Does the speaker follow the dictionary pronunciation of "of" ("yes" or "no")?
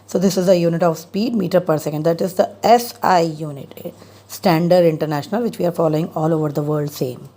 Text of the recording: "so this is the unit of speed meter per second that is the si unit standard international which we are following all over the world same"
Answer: yes